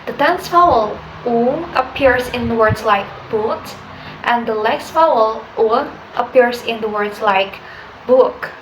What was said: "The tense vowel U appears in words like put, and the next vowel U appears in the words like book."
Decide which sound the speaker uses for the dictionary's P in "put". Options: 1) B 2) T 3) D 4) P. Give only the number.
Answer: 1